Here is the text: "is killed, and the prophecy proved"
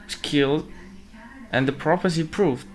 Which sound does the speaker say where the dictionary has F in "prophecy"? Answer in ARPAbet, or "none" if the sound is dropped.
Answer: P